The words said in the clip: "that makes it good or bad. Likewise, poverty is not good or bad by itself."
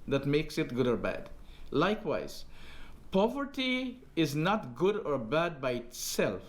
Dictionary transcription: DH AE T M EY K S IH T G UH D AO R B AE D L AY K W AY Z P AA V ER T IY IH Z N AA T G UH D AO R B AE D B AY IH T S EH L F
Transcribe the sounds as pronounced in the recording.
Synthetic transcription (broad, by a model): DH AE T M EY K S IH T G UH D AO R B AE D L AY K W AY Z P AA V ER T IY IH Z N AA T G UH D AO R B AE D B AY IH T S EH L F